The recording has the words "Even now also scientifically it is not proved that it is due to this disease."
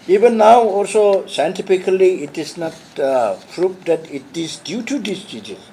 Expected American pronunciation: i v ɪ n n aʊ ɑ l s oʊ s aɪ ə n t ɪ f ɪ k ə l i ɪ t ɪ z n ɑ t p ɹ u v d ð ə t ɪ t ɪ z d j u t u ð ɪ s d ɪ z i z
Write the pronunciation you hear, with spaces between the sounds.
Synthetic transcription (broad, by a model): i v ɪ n n aʊ ɑ l s oʊ s aɪ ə n t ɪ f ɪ k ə l i ɪ t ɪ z n ɑ t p ɹ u p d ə t ɪ t ɪ z d j u t u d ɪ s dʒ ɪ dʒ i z